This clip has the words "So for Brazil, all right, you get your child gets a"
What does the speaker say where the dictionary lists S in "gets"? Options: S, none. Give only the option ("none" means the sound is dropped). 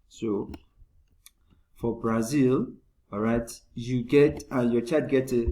none